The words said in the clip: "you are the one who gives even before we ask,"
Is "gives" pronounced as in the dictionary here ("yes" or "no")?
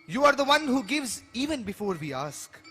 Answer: yes